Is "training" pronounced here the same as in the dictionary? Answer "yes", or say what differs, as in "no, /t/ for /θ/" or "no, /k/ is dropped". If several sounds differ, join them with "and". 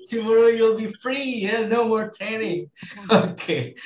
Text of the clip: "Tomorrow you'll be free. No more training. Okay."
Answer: no, /ɹ/ is dropped